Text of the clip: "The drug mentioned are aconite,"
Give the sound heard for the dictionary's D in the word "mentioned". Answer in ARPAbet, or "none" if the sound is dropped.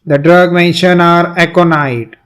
none